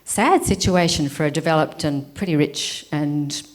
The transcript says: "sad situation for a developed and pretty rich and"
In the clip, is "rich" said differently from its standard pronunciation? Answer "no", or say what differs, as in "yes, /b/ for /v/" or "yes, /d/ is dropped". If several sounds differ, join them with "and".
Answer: no